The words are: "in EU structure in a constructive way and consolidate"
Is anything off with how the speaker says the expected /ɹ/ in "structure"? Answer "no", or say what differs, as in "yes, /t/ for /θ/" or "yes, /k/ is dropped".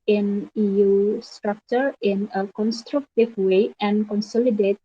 no